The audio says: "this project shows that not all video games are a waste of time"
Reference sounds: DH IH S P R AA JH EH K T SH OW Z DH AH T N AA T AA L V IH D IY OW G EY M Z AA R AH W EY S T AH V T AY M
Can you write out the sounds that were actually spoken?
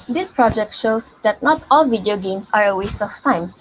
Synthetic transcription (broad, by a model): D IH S P R AA JH EH K T SH OW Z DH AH T N AA T AA L V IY D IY OW G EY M S AA R AH W EY S T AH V T AY M